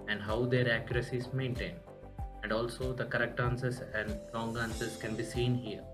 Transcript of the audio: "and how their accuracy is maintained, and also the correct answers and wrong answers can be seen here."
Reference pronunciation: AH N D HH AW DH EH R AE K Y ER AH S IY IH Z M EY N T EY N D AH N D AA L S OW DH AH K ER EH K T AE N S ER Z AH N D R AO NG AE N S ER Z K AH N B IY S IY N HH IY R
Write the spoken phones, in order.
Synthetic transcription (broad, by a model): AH N D HH AW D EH R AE K Y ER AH S IY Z M EY N T EY N AH N D AA L S OW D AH K ER EH K T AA N S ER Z AH N D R AO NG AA N S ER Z K AH N B IY S IY N HH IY R